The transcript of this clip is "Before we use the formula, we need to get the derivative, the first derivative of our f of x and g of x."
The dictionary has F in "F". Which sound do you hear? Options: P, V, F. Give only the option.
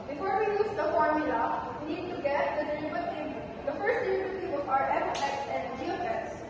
P